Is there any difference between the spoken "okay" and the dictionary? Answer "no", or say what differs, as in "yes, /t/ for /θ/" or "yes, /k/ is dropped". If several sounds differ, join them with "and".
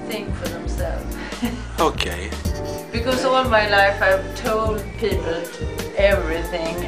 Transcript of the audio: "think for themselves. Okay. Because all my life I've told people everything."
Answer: no